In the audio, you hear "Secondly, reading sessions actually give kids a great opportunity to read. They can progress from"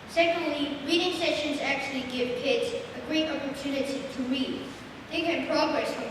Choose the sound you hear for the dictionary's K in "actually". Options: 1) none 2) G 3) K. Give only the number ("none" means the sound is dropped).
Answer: 3